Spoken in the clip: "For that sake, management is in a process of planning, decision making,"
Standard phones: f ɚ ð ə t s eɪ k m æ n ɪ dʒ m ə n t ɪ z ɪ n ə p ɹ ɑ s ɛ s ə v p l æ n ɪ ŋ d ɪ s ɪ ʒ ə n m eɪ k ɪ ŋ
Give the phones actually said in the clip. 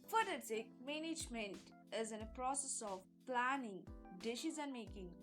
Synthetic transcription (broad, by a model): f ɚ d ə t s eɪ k m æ n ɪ dʒ m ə n t ɪ z ɪ n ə p ɹ ɑ s ɛ s ə v p l æ n ɪ ŋ d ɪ ʃ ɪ z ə n m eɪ k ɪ ŋ